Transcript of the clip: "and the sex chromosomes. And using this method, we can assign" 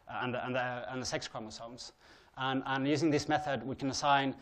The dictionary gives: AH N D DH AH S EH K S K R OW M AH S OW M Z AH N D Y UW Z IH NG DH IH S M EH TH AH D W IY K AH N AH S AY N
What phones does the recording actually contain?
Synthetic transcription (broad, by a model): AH N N DH AH S EH K S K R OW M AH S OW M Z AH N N Y UW Z IH NG DH IH S M EH TH AH D W IY K AH N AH S AY N